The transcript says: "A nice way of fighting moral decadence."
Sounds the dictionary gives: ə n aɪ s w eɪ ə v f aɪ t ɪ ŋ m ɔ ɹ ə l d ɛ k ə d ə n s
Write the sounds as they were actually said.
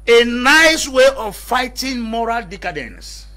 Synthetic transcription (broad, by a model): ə n aɪ s w eɪ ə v f aɪ t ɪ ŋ m ɔ ɹ ə l d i k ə d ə n s